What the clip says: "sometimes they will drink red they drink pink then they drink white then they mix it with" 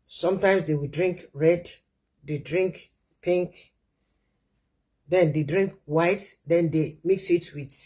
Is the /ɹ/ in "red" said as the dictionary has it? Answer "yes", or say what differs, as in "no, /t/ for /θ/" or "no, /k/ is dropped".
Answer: yes